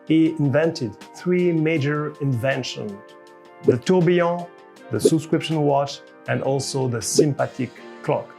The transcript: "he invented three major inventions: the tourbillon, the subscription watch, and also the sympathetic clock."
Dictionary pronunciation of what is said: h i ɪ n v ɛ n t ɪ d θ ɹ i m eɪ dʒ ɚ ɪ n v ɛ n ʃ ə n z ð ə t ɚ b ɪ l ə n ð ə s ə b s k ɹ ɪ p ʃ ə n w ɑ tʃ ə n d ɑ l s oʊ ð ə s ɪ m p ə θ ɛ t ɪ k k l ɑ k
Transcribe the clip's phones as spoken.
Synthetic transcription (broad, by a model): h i ɪ n v ɛ n t ɪ d θ ɹ i m eɪ dʒ ɚ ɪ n v ɛ n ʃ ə n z ð ə t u b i ə ð ə s ə b s k ɹ ɪ p ʃ ə n w ɑ tʃ ə n d ɑ l s oʊ ð ə s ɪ m p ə t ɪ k k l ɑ k